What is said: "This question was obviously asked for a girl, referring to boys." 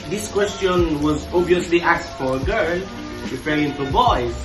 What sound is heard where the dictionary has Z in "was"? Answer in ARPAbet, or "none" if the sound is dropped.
Z